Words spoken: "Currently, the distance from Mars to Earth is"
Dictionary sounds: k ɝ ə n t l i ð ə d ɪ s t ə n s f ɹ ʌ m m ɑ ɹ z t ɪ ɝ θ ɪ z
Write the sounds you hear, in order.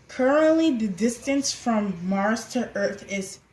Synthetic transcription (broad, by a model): k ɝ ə n t l i ð ə d ɪ s t ə n s f ɹ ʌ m m ɑ ɹ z t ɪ ɝ θ ɪ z